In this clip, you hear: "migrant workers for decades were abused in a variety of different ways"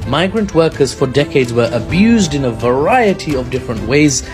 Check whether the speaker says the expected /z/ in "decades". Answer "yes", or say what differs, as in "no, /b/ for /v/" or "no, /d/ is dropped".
yes